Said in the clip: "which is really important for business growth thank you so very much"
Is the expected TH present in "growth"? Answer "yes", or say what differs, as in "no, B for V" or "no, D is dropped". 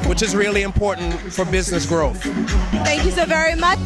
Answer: yes